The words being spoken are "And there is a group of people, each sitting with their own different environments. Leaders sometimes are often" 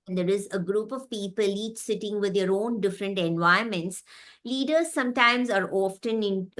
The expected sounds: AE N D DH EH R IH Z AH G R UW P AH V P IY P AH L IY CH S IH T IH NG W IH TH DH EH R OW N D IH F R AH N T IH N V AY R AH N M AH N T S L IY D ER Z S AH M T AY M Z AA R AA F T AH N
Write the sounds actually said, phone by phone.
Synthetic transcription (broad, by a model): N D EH R IH Z AH G R UW P AH V P IY P AH L IY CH S IH T IH NG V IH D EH R OW N D IH F R AH N T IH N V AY AH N M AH N T S L IY D ER Z S AH M T AY M Z AA R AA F T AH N